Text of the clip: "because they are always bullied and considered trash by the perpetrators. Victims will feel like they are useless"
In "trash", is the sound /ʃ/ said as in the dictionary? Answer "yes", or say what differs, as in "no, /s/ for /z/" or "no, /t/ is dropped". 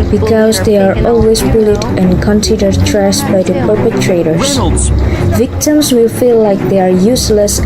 no, /s/ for /ʃ/